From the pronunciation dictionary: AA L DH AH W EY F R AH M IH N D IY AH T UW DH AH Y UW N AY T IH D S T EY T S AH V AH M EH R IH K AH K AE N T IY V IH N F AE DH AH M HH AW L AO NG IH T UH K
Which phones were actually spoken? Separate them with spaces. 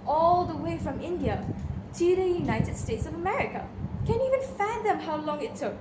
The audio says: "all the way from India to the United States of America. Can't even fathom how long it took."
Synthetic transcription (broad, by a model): AA L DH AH W EY F R AH M IH N D IY AH T UW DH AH Y UW N AY T IH D S T EY T S AH V AH M EH R IH K AH K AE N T IY V IH N F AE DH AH M HH AW L AO NG IH T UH K